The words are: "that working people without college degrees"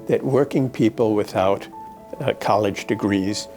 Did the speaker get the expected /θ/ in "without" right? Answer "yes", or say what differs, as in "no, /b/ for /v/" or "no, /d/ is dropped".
yes